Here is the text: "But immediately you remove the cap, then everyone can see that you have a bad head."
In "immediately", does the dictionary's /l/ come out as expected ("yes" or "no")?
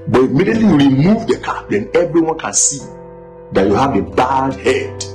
yes